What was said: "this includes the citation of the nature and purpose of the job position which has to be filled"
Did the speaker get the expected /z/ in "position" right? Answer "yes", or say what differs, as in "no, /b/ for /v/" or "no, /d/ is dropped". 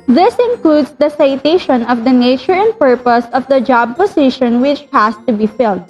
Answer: no, /s/ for /z/